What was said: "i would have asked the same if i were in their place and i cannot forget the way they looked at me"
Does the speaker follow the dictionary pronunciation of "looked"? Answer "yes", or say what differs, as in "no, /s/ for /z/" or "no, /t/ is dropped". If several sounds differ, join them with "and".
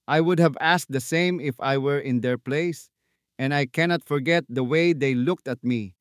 yes